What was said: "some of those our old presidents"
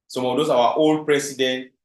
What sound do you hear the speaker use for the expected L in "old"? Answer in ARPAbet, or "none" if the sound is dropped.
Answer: L